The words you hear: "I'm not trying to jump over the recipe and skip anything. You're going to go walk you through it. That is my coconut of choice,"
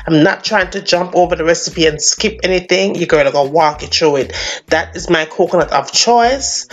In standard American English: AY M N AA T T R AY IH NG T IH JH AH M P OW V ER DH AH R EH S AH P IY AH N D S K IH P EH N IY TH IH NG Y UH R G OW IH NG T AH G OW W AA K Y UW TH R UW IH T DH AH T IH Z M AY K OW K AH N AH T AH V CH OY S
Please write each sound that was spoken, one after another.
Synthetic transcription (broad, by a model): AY M N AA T T R AY IH NG T IH JH AH M P OW V ER DH AH R EH S AH P IY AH N S K IH P EH N IY TH IH NG Y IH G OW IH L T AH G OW W AA K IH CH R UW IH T DH AH T IH Z M AY K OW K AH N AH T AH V CH OY S